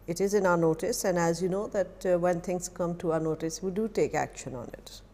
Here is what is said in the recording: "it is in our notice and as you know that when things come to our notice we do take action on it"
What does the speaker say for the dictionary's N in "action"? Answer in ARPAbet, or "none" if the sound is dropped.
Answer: N